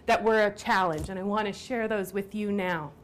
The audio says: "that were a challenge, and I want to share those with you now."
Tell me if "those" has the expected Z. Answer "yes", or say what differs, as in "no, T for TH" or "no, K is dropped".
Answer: yes